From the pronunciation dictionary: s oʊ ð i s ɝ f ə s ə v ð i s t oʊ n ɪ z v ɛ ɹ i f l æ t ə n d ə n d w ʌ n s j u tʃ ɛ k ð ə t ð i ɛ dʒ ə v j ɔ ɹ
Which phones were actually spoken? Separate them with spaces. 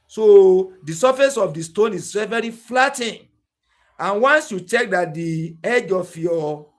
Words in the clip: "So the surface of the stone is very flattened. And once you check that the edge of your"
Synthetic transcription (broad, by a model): s oʊ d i s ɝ f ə s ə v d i s t oʊ n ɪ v v ɛ ɹ i f l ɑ t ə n ə n w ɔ n s j u tʃ ɛ k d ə t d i ɛ dʒ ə f j ɔ